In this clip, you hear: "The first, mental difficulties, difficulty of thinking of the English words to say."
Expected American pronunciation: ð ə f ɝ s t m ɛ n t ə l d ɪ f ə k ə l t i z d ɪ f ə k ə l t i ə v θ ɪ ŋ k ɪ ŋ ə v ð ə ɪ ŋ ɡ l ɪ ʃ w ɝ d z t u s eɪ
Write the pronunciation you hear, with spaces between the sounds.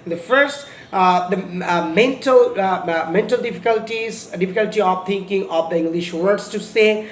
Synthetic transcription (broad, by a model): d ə f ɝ s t m ɛ n t ə l d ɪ f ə k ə l t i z d ɪ f ə k ə l t i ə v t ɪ ŋ k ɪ ŋ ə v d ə ɪ ŋ ɡ l ɪ ʃ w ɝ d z t u s eɪ